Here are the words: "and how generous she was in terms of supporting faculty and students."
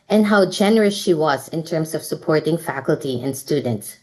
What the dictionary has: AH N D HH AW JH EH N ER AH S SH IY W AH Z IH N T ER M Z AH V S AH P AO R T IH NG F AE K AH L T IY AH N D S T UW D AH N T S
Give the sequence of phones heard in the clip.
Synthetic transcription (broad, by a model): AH N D HH AW JH EH N ER AH S SH IY W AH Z IH N T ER M S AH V S AH P AO R T IH NG F AE K AH L T IY AH N D S T UW D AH N T S